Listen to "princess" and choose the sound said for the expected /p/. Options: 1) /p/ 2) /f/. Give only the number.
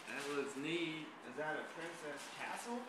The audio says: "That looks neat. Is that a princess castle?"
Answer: 1